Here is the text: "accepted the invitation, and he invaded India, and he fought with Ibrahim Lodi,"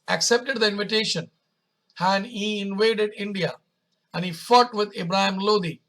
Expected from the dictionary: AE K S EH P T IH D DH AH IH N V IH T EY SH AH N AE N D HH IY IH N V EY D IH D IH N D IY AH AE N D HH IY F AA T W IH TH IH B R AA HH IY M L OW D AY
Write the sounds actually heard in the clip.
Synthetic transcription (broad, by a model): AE K S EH P T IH D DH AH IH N V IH T EY SH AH N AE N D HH IY IH N V EY D IH D IH N D IY AH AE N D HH IY F AA T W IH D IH B R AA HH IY M L OW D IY